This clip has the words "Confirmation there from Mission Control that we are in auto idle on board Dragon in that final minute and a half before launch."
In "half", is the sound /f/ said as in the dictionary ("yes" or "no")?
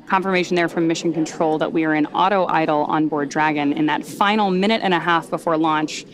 yes